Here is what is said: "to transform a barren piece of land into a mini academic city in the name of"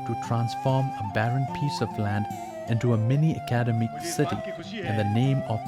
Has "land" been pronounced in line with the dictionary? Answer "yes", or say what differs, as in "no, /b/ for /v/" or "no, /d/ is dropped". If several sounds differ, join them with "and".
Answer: yes